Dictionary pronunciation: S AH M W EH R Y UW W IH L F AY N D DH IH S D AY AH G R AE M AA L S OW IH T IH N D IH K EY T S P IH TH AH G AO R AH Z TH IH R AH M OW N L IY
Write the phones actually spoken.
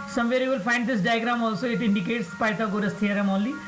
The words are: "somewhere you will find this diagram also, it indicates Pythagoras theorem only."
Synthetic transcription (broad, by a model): S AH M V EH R Y UW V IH L F AY N D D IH S D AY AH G R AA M AA L S OW IH T IH N D IH K EY T S P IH T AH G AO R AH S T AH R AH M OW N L IY